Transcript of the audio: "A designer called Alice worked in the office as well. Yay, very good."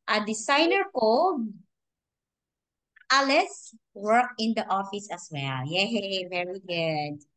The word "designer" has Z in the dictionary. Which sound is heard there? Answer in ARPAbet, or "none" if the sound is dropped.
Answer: S